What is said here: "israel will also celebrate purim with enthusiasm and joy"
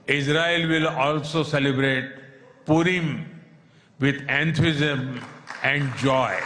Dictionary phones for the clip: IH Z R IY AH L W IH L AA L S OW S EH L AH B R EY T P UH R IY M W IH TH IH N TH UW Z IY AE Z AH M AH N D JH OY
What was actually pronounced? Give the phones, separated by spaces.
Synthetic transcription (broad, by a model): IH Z R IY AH L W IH L AA L S OW S EH L AH B R EY T P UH R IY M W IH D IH N T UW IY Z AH M AH N D JH OY